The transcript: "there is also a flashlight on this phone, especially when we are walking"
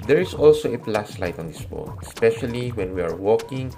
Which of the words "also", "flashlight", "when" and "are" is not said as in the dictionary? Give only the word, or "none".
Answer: flashlight